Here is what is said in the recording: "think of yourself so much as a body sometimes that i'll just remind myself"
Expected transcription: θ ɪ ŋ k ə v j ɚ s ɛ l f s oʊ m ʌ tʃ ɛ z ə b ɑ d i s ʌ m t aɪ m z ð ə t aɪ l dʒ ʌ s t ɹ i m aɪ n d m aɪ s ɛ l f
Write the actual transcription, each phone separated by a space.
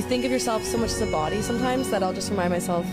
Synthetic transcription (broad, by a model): θ ɪ ŋ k ə v j ɚ s ɛ l f s oʊ m ʌ tʃ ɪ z ə b ɑ d i s ʌ m t aɪ m z ð ə t aɪ l dʒ ʌ s t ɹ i m aɪ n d m aɪ s ɛ l f